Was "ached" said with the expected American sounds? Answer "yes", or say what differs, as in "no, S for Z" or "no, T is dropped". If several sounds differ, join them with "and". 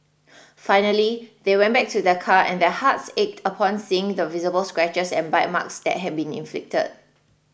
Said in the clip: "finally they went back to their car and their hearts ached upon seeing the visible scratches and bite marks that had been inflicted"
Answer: yes